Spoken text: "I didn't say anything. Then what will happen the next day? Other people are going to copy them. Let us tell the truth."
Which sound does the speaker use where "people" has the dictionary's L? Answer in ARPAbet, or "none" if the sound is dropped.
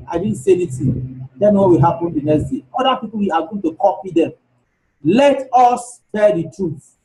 W